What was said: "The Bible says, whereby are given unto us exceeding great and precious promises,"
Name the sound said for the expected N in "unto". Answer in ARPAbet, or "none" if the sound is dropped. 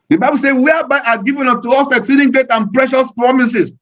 none